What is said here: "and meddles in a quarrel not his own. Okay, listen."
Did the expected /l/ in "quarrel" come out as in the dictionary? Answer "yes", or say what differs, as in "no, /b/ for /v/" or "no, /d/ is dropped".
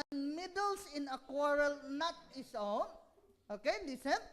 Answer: yes